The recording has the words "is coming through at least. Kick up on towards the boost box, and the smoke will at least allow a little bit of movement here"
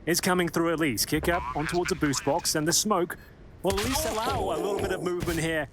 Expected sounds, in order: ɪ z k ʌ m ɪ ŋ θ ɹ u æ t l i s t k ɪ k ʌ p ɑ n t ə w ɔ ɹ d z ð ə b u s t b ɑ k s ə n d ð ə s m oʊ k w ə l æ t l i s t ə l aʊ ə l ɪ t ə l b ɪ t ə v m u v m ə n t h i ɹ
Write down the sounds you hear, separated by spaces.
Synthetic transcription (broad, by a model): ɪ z k ʌ m ɪ ŋ θ ɹ u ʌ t l i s k ɪ k ʌ p n t ə w ɔ ɹ d z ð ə b u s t b ɑ k s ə n ð ə s m oʊ k w ə l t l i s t ə l aʊ ə l ɪ t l b ɪ t ə v m u v m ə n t h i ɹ